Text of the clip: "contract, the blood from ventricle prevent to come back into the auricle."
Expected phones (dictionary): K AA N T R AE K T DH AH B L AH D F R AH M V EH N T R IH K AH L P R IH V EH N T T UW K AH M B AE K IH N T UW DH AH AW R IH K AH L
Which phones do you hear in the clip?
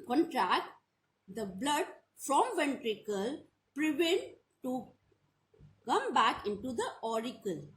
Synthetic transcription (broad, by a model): K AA N T R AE K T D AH B L AH D F R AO M V EH N T R IH K AH L P R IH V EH N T T UW K AH M B AE K IH N T UW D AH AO R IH K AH L